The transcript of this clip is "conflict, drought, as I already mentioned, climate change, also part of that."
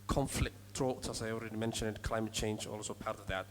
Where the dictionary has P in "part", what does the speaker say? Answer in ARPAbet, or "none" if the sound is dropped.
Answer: P